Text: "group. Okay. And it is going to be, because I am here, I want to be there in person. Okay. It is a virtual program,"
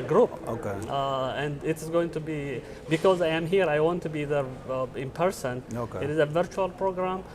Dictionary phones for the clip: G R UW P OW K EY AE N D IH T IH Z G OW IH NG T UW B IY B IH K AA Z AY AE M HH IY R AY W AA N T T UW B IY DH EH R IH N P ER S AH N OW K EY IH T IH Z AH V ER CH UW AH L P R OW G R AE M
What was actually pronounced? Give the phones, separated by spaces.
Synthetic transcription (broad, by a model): G R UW P OW K EY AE N D IH T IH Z G OW IH NG T UW B IY B IH K AA Z AY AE M HH IY R AY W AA N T T UW B IY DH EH R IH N P ER S AH N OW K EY IH T IH Z AH V ER CH UW AH L P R OW G R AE M